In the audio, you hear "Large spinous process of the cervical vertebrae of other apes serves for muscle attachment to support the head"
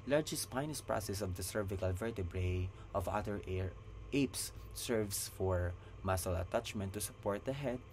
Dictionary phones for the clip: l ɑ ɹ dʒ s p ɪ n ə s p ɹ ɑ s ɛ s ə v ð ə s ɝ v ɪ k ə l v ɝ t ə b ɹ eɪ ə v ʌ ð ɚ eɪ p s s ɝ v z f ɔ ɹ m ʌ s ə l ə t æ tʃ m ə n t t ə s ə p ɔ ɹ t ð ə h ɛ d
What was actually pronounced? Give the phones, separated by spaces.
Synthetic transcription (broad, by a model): l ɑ ɹ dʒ s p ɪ n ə s p ɹ ɑ s ɛ s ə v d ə s ɝ v ɪ k ə l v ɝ t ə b ɹ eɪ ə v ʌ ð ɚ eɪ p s s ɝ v s f ɔ ɹ m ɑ s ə l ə t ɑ tʃ m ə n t t ə s ə p ɔ ɹ t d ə h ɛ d